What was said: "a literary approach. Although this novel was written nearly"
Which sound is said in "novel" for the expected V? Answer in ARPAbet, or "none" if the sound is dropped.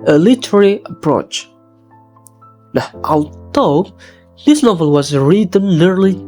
V